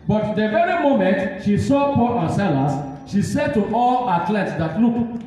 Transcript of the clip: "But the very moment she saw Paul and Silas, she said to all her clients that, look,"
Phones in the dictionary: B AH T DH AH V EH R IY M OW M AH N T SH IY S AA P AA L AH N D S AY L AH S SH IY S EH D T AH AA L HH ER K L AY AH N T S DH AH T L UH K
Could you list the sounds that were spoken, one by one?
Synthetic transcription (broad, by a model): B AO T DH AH V EH R IY M OW M AH N T SH IY S AA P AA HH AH S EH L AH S SH IY S EH D T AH AA L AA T L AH T S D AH T L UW K